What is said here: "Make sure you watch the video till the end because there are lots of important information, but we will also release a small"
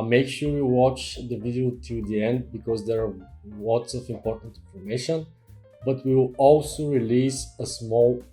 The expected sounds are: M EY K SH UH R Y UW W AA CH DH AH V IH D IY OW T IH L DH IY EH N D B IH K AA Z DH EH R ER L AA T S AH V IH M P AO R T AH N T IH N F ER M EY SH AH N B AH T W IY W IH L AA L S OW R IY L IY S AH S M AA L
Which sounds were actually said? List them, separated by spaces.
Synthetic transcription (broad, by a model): M EY K SH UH R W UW W AA CH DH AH V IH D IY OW T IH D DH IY EH N D B IH K AA Z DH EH R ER W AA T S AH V IH M P AO R T AH N T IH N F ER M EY SH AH N B AH T W IY W IH L AA L S OW R IY L IY S AH S M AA L